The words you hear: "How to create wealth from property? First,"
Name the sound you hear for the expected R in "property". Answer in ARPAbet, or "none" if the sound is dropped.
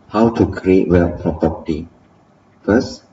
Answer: none